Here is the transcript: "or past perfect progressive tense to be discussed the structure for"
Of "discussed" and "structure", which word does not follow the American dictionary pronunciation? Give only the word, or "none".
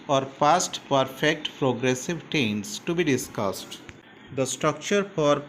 none